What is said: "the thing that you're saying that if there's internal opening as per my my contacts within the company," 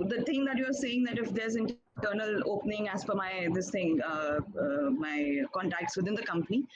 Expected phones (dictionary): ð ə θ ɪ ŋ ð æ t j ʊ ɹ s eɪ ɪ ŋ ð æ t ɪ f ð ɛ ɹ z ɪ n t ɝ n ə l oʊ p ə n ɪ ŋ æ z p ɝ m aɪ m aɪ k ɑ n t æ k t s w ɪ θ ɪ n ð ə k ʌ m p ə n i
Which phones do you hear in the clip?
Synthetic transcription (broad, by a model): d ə t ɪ ŋ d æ t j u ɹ s eɪ ɪ ŋ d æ t ɪ f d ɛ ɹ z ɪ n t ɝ n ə l oʊ p ə n ɪ ŋ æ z f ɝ m aɪ m aɪ k ɑ n t æ k t s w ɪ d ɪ n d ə k ʌ m p ə n i